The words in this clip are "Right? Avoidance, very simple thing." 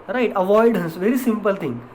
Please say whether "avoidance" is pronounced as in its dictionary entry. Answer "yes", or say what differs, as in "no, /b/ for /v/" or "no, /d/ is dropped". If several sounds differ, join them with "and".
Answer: no, /n/ is dropped